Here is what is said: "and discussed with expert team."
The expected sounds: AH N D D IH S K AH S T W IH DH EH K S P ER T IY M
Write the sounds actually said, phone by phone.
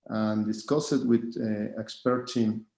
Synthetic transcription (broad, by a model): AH N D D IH S K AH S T W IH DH EH K S P ER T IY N